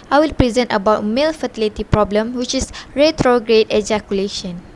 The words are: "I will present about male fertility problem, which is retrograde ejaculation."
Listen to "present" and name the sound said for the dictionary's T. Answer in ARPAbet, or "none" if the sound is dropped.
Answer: T